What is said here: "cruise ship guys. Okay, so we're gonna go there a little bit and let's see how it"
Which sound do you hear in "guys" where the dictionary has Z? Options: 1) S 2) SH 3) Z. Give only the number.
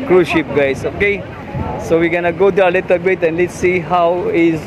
1